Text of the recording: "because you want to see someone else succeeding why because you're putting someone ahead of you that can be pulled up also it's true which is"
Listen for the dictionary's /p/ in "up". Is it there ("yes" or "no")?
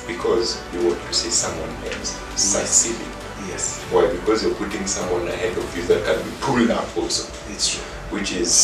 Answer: no